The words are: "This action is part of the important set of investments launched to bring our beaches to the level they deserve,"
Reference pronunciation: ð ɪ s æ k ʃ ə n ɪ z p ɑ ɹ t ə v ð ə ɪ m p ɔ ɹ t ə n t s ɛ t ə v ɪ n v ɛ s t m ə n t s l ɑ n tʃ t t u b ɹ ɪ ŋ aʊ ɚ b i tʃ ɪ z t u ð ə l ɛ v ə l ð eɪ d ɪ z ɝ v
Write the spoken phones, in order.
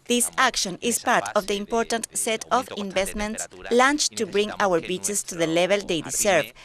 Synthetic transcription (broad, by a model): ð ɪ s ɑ k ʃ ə n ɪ s p ɑ ɹ t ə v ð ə ɪ m p ɔ ɹ t ə n t s ɛ t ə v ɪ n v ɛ s t m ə n t s l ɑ n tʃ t t u b ɹ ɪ ŋ aʊ ɚ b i tʃ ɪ s t u ð ə l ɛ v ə l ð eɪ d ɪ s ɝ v